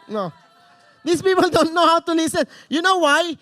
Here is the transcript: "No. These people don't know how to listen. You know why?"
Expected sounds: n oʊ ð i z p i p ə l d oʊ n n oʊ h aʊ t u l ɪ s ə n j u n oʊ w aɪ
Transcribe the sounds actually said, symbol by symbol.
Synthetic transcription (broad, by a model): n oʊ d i s p i p ə l d oʊ n n oʊ h aʊ t u l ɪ s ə n j u n oʊ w aɪ